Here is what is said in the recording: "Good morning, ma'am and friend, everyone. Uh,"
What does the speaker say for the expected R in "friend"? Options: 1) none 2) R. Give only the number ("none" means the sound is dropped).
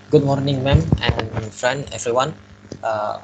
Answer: 2